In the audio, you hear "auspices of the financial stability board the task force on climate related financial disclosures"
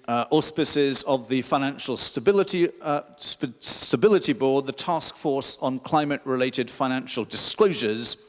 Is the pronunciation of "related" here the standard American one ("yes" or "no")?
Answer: yes